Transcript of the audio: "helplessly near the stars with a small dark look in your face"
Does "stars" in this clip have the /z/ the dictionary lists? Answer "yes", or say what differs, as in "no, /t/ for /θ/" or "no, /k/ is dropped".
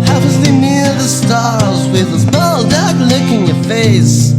yes